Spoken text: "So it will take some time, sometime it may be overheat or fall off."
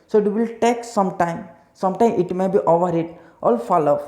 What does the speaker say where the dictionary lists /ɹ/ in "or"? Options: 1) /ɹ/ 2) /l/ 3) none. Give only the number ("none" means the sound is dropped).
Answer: 2